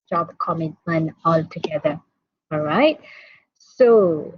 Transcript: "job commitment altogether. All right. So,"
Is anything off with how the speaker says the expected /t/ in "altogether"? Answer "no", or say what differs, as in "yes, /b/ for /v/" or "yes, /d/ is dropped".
no